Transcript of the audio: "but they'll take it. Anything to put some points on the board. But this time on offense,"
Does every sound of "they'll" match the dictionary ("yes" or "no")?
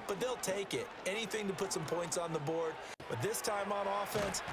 yes